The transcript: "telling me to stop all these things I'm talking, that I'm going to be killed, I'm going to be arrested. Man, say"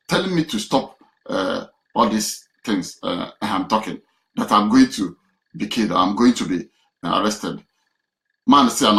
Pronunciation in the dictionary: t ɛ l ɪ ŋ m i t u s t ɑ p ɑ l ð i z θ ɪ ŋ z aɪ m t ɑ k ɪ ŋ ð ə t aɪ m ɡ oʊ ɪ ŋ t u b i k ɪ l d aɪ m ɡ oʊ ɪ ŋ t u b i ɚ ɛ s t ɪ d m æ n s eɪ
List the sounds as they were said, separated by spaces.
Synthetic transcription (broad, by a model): t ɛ l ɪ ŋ m i t u s t ɑ p ɑ l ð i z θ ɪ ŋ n aɪ m t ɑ k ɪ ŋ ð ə t aɪ m ɡ oʊ ɪ ŋ t u b i k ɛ d aɪ m ɡ oʊ ɪ ŋ t u b i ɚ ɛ s t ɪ d m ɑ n s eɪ